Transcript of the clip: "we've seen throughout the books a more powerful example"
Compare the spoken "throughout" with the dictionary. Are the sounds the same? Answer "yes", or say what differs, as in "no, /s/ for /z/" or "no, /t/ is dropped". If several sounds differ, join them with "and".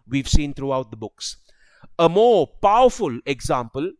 no, /t/ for /θ/